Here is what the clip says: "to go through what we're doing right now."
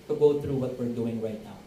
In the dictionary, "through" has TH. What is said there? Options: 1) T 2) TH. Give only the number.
1